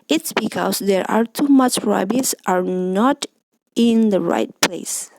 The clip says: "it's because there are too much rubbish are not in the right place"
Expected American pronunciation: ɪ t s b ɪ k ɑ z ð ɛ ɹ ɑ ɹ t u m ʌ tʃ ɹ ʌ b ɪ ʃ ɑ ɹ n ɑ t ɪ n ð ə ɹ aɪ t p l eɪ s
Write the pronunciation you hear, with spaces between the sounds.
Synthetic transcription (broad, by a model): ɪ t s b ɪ k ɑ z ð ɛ ɹ ɑ ɹ t u m ʌ tʃ ɹ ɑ b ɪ s ɑ ɹ n ɑ t ɪ n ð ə ɹ aɪ t p l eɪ s